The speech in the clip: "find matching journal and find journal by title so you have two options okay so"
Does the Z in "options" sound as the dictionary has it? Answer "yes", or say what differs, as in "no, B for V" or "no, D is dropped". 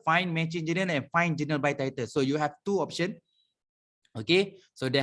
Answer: no, Z is dropped